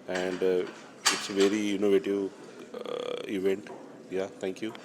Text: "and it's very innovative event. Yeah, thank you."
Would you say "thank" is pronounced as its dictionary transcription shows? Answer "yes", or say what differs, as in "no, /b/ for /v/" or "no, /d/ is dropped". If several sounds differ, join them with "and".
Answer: no, /t/ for /θ/